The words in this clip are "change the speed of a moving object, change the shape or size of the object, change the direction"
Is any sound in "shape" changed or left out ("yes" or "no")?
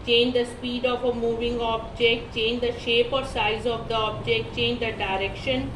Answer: no